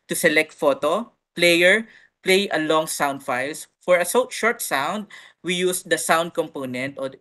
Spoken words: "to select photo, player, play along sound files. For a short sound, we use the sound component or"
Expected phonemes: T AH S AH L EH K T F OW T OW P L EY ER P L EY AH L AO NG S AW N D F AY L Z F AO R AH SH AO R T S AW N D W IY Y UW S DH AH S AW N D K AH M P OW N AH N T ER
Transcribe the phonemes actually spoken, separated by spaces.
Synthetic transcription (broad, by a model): T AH S AH L EH K T F OW T OW P L EY ER P L EY AH L AO NG S AW N D F AY L S F AO R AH SH AO R T S AW N D W IY Y UW S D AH S AW N D K AH M P OW N AH N T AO